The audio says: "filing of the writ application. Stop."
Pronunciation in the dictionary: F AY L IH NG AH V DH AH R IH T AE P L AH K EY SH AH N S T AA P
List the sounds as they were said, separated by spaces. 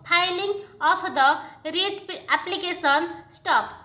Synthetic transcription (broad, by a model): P AY L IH NG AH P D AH R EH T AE P L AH K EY S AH N S T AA P